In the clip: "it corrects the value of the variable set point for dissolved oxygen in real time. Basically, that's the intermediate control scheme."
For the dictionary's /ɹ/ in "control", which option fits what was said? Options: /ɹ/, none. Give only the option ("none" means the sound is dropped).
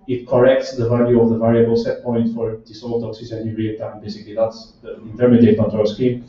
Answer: none